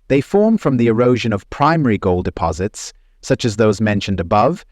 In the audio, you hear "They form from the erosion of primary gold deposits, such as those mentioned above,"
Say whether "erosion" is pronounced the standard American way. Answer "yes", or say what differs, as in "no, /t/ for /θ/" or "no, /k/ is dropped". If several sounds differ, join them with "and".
yes